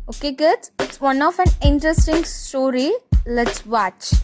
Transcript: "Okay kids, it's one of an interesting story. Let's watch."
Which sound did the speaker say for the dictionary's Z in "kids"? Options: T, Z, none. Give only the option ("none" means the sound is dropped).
none